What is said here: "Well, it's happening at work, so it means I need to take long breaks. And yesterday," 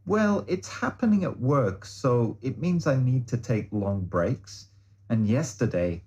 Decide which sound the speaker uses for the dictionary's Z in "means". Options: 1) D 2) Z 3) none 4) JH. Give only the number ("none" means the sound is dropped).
2